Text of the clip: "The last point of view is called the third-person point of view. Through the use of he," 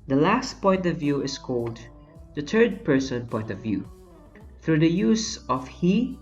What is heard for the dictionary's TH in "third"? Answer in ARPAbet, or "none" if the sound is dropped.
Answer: T